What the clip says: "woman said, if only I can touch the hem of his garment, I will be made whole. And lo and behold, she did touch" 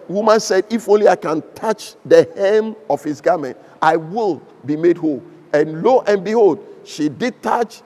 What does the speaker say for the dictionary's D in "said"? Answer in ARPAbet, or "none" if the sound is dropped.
D